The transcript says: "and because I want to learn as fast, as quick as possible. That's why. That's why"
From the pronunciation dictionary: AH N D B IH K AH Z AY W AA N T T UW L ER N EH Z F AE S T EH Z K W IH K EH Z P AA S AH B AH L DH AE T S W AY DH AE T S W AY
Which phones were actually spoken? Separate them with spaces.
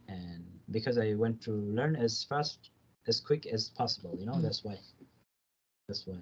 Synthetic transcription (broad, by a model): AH N B IH K AH Z AY W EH N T T UW L ER N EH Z F AE S T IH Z K W IH K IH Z P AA S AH B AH N DH AE T S W AY DH AE T S W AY